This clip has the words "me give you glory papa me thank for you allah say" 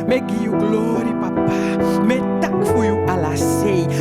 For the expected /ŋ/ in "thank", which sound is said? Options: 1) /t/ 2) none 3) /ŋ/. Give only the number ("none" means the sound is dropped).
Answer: 2